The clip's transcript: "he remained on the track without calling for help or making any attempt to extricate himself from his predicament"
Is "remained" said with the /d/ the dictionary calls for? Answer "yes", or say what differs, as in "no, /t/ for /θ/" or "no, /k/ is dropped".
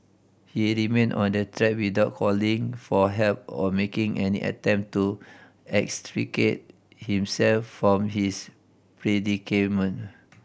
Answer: no, /d/ is dropped